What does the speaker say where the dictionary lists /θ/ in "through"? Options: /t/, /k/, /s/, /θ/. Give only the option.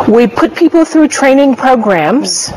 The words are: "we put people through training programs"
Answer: /θ/